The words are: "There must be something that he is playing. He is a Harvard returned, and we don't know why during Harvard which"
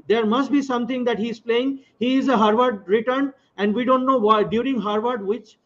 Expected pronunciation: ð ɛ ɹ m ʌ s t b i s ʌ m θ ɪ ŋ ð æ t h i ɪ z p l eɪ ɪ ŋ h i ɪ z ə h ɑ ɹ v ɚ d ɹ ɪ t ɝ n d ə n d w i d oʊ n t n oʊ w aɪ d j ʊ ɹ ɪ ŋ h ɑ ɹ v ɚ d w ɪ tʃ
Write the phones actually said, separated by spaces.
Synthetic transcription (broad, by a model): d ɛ ɹ m ʌ s t b i s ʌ m t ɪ ŋ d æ t h i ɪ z p l eɪ ɪ ŋ h i ɪ z ə h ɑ ɹ v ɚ d ɹ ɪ t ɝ n ə n d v i d oʊ n t n oʊ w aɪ d j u ɹ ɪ ŋ h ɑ ɹ v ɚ d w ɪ tʃ